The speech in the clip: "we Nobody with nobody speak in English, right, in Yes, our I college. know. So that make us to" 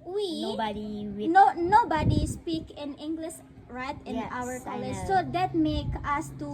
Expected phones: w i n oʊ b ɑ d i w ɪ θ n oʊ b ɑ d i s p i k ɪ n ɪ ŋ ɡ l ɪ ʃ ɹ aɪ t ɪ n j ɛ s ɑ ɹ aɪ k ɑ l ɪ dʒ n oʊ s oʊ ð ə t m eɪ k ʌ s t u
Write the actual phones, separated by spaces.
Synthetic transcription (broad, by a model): w i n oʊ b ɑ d i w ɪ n n oʊ b ɑ d i s p i k ɪ n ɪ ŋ ɡ l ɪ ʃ ɹ aɪ t ɪ n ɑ w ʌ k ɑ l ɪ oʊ s oʊ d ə t m eɪ k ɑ s t u